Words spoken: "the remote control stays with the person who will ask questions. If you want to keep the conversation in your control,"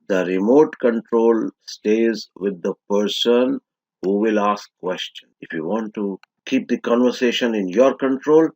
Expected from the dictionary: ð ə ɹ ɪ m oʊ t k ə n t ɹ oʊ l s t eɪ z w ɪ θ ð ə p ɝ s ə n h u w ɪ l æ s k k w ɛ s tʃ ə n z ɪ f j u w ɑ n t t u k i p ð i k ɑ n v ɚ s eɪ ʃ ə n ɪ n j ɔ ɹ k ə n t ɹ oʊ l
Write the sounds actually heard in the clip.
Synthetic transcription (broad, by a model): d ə ɹ ɪ m oʊ t k ə n t ɹ oʊ l s t eɪ z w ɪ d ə p ɝ s ə n h u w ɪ l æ s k k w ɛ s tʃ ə n ɪ f j u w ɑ n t t u k i p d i k ɑ n v ɚ s eɪ ʃ ə n ɪ n j ɔ ɹ k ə n t ɹ oʊ l